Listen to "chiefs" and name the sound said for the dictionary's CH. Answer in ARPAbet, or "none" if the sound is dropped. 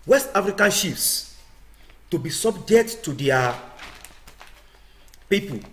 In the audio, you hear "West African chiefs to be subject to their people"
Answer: SH